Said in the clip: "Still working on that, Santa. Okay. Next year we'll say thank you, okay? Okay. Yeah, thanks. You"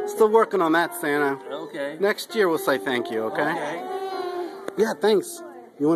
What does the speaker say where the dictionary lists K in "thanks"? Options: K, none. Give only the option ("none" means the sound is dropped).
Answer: K